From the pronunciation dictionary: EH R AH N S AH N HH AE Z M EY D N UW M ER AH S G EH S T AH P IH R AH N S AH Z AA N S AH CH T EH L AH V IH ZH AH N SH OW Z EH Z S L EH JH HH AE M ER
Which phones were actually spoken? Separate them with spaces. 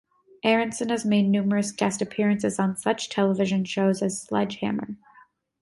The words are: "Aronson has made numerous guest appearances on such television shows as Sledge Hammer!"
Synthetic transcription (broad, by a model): EH R AH N S AH N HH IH Z M EY D N UW M ER AH S G EH S T AH P IH R AH N S AH Z N S AH CH T EH L AH V IH ZH AH N SH OW Z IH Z S L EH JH HH AE M ER